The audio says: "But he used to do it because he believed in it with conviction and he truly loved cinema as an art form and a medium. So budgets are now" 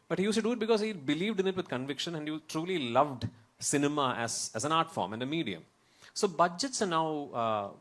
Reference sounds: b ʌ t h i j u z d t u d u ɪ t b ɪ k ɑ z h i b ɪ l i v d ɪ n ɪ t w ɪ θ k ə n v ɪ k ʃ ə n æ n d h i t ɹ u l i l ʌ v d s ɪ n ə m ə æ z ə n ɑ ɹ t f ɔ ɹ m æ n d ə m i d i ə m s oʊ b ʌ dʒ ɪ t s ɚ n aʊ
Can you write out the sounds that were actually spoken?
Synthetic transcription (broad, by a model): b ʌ t h i j u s t u d u ɪ t b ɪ k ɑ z h i b ɪ l i v d ɪ n ɪ t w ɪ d k ə n v ɪ k ʃ ə n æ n d h i t ɹ u l i l ʌ v d s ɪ n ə m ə æ z ə n ɑ ɹ t f ɔ ɹ m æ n d ə m i d i ə m s oʊ b ʌ dʒ ɪ t s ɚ n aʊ